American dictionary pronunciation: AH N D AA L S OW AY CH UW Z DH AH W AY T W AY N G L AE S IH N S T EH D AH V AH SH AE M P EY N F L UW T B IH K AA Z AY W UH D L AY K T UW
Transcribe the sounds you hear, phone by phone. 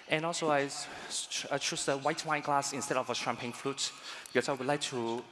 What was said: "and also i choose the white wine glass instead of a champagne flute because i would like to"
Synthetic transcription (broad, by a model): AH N AA L S OW AY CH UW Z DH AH W AY T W AY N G L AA S IH N S T EH D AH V AH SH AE M P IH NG F L UW T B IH K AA S AY W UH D L AY K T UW